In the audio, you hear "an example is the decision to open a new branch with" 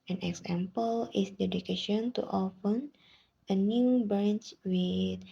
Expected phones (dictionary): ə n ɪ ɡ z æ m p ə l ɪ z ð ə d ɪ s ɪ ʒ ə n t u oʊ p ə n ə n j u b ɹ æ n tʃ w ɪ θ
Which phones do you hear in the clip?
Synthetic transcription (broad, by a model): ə n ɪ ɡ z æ m p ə l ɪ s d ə d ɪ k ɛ ʃ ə n t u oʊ f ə n ə n j u b ɹ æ n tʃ w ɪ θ